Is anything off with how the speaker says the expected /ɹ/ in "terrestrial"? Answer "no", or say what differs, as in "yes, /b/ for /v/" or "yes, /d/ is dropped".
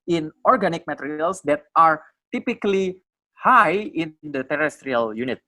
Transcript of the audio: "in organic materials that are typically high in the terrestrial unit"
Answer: no